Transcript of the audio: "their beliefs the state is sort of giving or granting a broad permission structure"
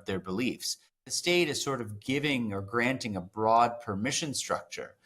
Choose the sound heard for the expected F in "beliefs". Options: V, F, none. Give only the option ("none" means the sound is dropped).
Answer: F